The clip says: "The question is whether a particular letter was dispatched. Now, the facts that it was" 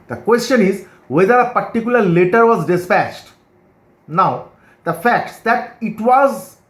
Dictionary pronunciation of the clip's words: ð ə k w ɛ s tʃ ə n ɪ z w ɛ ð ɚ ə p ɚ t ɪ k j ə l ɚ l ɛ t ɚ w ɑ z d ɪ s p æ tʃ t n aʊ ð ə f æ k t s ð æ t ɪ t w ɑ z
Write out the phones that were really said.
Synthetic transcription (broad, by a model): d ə k w ɛ s tʃ ə n ɪ z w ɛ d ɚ ə p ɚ t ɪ k j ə l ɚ l ɛ t ɚ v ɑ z d ɪ s p æ tʃ t n aʊ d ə f æ k t s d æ t ɪ t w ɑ z